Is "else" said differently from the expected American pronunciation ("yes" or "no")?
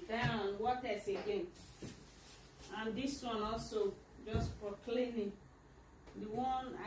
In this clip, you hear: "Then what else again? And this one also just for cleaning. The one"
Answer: yes